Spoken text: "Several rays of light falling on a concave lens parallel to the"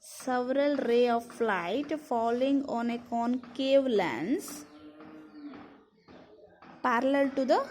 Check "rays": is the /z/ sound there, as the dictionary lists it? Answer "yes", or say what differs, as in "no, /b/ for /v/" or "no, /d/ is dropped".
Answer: no, /z/ is dropped